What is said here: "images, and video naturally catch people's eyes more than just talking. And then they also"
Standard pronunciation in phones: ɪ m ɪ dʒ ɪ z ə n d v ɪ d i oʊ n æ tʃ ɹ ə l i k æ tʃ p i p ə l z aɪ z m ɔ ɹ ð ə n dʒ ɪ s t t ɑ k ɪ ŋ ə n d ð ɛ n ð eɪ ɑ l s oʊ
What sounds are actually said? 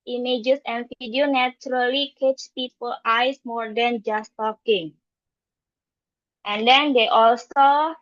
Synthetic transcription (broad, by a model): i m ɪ dʒ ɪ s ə n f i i d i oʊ n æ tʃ ɹ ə l i k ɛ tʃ p i p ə l aɪ s m ɔ ɹ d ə n dʒ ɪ s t t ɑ k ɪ ŋ ə n d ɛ n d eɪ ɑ l s oʊ